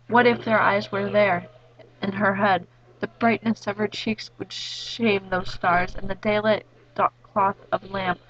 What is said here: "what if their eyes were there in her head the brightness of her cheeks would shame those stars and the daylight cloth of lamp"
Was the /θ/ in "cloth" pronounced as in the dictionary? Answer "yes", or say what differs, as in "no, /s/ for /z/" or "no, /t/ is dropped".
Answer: yes